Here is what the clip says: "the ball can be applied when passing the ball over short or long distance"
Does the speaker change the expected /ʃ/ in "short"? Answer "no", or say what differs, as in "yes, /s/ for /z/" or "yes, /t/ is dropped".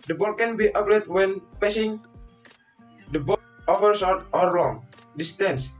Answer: yes, /s/ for /ʃ/